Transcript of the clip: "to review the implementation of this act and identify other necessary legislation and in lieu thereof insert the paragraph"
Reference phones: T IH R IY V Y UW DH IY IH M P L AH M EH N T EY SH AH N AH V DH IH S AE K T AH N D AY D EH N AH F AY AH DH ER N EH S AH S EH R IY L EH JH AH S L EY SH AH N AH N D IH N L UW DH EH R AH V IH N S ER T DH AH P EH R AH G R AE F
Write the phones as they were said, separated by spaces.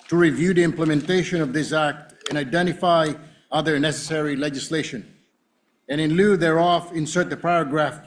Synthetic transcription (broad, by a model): T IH R IY V Y UW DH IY IH M P L AH M EH N T EY SH AH N AH V DH IH S AE K T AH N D AY D EH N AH F AY AH DH ER N EH S AH S EH R IY L EH JH AH S L EY SH AH N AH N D IH N L UW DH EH R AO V IH N S ER T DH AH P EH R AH G R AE F